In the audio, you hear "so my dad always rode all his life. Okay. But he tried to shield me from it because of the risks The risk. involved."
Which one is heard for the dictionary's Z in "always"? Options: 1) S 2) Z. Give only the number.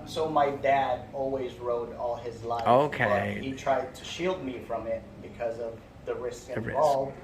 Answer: 2